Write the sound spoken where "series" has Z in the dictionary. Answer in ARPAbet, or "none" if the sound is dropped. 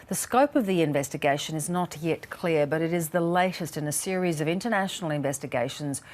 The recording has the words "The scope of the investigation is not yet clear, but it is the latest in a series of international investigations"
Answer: Z